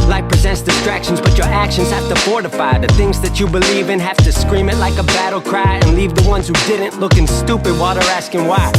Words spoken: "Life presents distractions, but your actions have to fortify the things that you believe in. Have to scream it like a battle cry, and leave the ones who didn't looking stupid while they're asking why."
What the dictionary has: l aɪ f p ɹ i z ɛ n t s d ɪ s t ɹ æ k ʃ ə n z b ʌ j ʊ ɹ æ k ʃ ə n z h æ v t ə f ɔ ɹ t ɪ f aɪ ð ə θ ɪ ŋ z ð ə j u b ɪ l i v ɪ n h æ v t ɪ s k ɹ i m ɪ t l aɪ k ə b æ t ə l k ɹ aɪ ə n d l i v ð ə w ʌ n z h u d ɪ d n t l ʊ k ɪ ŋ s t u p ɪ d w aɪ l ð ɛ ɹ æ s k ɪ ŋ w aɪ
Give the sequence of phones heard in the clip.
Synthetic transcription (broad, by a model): l aɪ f p ɹ i z ɛ n t s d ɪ s t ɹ æ k ʃ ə n z b ʌ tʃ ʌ ɹ æ k ʃ ə n z h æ f t ə f ɔ ɹ t ɪ f aɪ ð ə θ ɪ ŋ z ð ə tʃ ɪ b ɪ l i v ɪ n h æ f t ɪ s k ɹ i m ɪ t l aɪ k ə b æ t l k ɹ aɪ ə n l i v ð ə w ʌ n z h u d ɪ d n t l ʊ k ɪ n s t u p ɪ d w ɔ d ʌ ɹ æ s k ɪ ŋ w aɪ